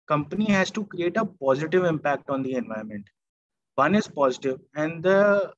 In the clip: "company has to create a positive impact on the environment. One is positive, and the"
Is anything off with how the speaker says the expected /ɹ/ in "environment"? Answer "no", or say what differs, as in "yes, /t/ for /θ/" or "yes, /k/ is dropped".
yes, /ɹ/ is dropped